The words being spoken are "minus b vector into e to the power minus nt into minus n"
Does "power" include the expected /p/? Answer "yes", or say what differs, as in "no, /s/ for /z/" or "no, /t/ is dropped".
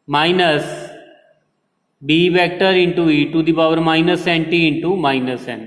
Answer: no, /b/ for /p/